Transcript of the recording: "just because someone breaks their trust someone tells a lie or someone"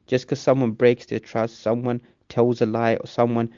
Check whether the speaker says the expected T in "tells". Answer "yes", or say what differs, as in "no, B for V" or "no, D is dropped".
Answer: yes